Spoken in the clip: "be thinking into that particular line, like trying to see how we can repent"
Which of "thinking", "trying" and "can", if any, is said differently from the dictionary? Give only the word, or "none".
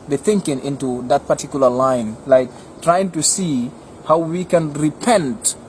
none